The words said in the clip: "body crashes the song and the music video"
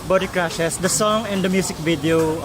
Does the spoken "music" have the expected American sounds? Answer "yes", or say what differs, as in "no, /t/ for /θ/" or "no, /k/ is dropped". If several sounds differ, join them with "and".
no, /s/ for /z/